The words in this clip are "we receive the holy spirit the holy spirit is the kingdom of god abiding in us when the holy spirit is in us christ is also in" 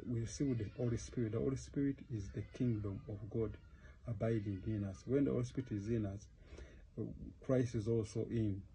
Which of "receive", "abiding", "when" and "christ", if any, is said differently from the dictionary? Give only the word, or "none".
receive